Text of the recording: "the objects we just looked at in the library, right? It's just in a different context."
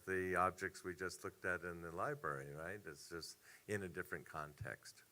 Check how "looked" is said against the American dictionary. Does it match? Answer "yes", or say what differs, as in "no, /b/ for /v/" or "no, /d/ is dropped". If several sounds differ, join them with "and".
yes